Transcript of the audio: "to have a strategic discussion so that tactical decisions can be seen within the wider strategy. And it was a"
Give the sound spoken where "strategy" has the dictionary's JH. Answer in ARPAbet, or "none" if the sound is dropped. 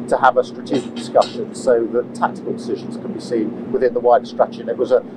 CH